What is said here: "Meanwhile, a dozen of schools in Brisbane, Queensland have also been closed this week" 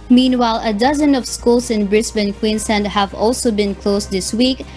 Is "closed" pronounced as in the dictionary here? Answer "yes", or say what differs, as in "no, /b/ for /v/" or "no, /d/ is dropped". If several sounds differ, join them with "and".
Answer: no, /s/ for /z/